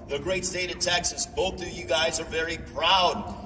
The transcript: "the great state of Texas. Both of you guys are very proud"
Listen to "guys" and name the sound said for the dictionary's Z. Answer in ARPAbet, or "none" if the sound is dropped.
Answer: Z